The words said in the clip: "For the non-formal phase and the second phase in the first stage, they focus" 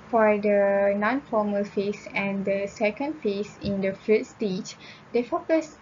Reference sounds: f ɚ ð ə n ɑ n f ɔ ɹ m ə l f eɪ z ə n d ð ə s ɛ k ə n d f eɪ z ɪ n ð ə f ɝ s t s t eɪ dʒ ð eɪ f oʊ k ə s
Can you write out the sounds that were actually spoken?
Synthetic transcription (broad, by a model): f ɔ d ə n ɑ n f ɔ m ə l f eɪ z ə n d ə s ɛ k ə n d f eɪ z ɪ n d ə f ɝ t s t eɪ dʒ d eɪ f oʊ k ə s